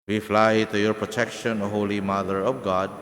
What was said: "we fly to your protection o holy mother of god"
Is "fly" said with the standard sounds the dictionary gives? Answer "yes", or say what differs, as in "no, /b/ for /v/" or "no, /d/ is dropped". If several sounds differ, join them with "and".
yes